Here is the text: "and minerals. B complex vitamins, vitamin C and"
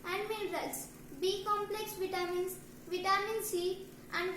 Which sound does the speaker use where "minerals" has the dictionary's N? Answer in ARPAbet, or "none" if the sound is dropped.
L